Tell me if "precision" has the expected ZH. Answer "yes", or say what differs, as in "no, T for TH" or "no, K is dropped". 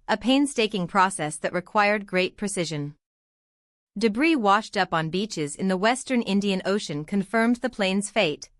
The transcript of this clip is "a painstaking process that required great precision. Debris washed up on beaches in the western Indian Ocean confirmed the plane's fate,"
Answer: yes